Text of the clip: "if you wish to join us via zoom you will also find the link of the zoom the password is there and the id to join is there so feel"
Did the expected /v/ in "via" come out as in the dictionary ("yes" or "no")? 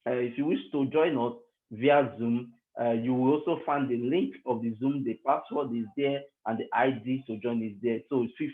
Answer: yes